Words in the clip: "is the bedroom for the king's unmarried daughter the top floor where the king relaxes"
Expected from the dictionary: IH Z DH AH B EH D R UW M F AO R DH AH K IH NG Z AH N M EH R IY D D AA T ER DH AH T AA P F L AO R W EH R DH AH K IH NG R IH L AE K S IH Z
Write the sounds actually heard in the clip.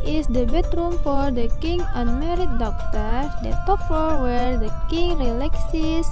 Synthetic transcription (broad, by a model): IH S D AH B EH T R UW M F AO R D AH K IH NG AH N M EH R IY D D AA T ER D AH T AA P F AO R W EH R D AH K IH NG R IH L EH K S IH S